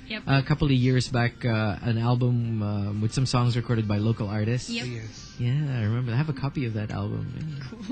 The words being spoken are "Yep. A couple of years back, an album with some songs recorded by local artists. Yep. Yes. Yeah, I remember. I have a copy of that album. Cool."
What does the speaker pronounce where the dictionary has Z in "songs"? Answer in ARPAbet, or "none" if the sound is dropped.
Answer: Z